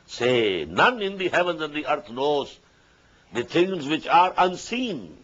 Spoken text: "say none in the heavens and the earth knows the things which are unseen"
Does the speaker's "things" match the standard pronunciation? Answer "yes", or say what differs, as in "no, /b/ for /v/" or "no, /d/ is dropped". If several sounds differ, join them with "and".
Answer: no, /t/ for /θ/